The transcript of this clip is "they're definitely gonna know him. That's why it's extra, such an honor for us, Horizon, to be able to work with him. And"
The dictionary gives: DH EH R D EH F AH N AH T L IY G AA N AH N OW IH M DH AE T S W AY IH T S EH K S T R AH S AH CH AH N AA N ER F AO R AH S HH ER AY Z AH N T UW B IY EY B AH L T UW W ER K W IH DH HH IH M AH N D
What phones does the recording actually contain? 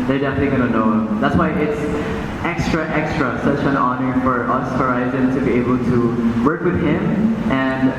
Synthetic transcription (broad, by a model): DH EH R D EH F AH N AH T L IY G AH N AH N OW IH M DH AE T S W AY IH T S EH K S T R AH S AH CH AH N AA N ER F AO R AH S HH ER AY Z AH N T UW B IY EY B AH L T UW W ER K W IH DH HH IH M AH N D